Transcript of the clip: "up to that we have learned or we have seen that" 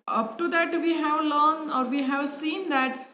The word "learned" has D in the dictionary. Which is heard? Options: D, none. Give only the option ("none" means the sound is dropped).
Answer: none